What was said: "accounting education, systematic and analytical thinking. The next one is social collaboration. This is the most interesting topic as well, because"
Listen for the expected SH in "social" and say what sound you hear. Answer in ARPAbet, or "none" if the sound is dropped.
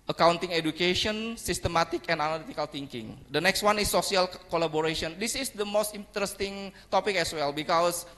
S